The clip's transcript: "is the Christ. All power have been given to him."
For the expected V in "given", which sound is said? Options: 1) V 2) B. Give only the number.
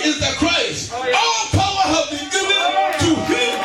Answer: 2